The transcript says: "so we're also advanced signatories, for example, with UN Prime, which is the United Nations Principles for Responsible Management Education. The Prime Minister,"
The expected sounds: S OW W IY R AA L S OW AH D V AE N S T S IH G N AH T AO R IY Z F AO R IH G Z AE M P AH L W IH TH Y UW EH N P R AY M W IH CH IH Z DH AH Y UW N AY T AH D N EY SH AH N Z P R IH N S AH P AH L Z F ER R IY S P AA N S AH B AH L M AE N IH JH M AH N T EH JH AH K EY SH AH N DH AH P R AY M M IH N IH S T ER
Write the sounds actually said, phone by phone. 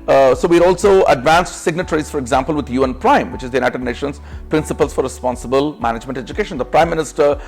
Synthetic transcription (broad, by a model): S OW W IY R AA L S OW AH D V AE N S T S IH G N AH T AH R IY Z F AO R IH G Z AE M P AH L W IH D Y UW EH N P R AY M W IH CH IH Z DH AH Y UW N AY T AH D N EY SH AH N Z P R IH N S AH P AH L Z F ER R IY S P AA N S AH B AH L M AE N IH JH M AH N T EH JH AH K EY SH AH N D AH P R AY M M IH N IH S T ER